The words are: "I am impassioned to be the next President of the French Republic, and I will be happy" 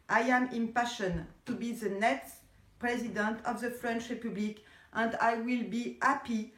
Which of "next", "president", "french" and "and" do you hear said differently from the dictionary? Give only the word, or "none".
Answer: none